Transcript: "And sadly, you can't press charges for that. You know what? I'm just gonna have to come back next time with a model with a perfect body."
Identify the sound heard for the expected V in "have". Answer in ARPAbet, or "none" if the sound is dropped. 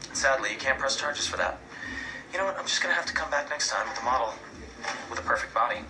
F